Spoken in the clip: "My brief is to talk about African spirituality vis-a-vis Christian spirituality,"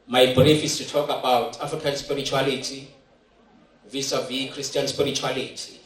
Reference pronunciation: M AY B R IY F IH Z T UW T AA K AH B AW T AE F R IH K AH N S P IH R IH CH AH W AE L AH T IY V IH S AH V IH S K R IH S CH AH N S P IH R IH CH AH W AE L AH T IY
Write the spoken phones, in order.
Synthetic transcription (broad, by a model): M AY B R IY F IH S T UW T AA K AH B AW T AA F R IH K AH N S P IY R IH CH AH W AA L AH T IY V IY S AH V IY K R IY S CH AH N S P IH R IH CH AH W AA L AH T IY